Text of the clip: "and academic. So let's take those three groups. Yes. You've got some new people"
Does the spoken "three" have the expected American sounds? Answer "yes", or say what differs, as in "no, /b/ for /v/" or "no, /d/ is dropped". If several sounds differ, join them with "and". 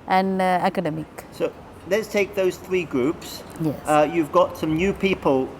yes